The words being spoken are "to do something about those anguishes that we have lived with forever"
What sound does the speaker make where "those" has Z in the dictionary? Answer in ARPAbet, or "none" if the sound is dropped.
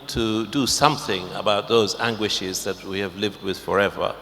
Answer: Z